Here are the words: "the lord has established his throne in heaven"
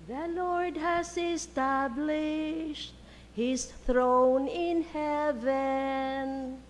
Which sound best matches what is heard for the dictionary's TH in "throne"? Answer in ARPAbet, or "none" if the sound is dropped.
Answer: TH